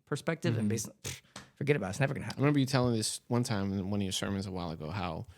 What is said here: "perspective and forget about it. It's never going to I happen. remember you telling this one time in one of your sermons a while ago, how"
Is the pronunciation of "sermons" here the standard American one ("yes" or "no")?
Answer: yes